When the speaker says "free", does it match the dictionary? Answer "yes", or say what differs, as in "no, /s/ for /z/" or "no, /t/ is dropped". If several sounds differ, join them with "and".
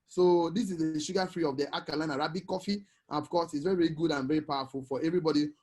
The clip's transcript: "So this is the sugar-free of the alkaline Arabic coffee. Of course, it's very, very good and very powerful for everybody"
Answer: yes